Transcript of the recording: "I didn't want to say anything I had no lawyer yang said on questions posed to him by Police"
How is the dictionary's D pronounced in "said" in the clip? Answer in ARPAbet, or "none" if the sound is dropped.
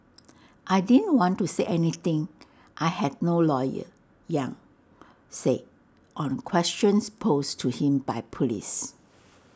none